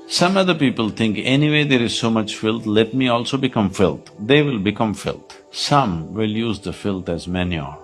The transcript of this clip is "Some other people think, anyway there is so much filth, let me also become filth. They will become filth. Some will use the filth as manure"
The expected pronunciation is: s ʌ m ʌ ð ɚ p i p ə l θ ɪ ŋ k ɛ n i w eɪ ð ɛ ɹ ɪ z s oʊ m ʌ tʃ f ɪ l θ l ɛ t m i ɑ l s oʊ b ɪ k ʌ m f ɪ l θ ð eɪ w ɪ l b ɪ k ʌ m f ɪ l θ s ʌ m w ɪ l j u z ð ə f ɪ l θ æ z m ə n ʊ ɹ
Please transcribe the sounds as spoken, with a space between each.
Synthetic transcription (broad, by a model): s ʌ m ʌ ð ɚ p i p ə l t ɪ ŋ k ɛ n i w eɪ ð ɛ ɹ ɪ z s oʊ m ʌ tʃ f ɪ l t l ɛ t m i ɑ l s oʊ b ɪ k ʌ m f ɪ l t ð eɪ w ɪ l b ɪ k ʌ m f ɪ l t s ʌ m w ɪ l j u z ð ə f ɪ l t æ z m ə n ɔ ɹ